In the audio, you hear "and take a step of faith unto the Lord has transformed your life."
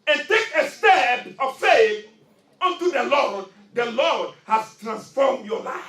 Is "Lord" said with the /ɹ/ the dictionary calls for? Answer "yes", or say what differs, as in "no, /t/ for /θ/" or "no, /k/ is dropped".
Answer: no, /l/ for /ɹ/